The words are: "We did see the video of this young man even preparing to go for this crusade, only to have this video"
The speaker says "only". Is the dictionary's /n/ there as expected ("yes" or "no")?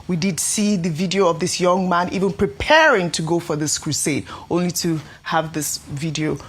yes